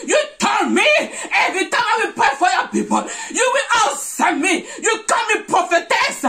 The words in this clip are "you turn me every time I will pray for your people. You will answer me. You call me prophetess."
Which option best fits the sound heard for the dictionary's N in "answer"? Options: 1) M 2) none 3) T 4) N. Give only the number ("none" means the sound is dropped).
2